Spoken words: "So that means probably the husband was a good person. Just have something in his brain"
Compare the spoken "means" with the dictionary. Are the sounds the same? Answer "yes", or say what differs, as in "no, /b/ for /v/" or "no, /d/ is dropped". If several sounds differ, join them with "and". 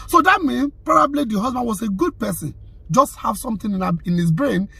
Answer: no, /z/ is dropped